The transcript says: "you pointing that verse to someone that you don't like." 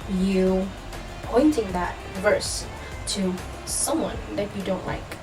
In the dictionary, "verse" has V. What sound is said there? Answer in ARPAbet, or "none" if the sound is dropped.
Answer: V